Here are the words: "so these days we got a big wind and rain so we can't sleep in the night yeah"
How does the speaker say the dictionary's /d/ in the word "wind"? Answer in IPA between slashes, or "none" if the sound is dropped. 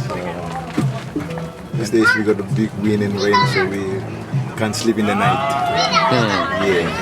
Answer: none